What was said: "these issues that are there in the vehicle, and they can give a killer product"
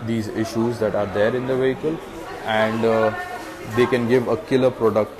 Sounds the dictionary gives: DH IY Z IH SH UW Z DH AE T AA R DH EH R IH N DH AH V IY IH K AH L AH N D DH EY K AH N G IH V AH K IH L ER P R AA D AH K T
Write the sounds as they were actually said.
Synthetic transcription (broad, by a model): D IY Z IH SH UW Z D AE T AA R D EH R IH N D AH V IY IH K AH L AH N D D EY K AH N G IH V AH K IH L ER P R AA D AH K T